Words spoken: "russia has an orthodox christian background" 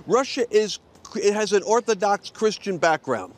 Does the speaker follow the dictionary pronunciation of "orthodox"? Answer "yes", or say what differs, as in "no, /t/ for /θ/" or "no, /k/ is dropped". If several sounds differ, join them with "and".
yes